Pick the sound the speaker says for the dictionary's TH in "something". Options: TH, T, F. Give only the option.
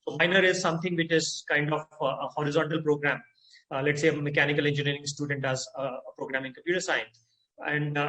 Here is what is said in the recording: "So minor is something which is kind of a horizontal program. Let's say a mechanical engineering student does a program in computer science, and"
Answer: T